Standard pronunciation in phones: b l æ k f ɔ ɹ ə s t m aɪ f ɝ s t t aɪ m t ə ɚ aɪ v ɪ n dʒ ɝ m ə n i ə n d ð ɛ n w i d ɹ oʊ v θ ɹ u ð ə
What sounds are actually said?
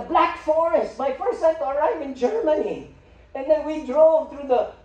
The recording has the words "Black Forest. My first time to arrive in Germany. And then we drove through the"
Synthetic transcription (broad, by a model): b l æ k f ɔ ɹ ə s t m aɪ f ɝ s t s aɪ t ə ɚ aɪ v ɪ n dʒ ɝ m ə n i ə n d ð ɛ n w i d ɹ oʊ v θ ɹ u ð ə